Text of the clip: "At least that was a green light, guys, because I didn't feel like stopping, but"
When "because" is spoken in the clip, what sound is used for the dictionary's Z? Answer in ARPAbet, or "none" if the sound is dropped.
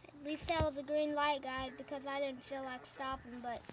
Z